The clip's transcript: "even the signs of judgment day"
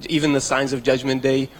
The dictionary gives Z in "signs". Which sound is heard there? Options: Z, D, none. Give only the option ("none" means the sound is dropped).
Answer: Z